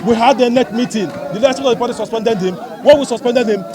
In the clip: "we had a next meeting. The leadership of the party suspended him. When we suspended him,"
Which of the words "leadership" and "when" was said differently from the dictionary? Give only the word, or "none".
leadership